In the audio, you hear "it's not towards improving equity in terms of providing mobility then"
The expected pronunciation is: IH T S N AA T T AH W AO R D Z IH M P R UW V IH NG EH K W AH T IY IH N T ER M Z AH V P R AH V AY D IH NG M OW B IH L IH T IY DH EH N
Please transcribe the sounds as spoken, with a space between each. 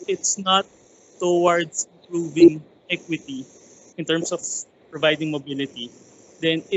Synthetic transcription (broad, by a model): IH T S N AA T T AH W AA R D S IH M P R UW V IH NG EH K W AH T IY IH N T ER M S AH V P R AH V AY D IH NG M OW B IH L IH T IY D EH N